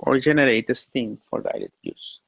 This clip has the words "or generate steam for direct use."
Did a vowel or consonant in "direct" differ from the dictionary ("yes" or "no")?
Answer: yes